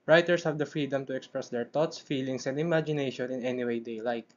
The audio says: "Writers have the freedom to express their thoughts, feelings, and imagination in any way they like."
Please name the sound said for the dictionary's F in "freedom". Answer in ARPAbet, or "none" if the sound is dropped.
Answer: F